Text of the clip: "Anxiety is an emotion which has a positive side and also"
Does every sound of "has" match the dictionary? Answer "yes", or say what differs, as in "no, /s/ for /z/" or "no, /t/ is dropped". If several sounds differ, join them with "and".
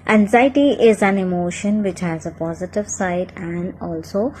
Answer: yes